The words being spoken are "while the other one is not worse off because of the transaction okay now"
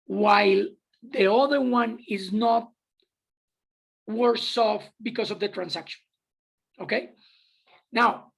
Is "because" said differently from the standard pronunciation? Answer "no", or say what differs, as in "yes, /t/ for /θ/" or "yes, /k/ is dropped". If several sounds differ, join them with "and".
yes, /s/ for /z/